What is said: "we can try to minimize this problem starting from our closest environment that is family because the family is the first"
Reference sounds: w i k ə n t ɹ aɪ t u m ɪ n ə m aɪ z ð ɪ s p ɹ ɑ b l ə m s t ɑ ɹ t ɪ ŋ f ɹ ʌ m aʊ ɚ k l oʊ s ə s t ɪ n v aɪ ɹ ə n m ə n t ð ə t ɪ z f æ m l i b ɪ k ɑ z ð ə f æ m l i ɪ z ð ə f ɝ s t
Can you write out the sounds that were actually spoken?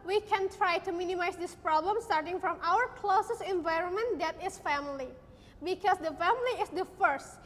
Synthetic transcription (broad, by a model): w i k ə n t ɹ aɪ t u m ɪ n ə m aɪ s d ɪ s p ɹ ɑ b l ə m s t ɑ ɹ t ɪ ŋ f ɹ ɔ m aʊ ɚ k l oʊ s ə s ɪ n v aɪ ɹ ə n m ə n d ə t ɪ s f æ m l i b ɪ k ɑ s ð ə f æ m l i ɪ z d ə f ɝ s t